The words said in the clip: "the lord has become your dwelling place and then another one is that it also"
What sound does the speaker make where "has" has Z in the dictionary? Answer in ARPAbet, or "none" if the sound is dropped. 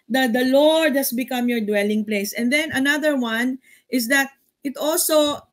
S